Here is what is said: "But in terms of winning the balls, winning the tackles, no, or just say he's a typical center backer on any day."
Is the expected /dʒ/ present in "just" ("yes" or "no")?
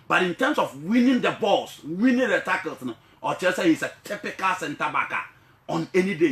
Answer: no